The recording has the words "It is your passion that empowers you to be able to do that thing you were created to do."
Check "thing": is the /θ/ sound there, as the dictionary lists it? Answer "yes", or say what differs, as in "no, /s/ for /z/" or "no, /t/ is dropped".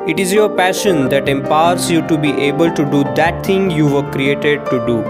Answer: no, /t/ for /θ/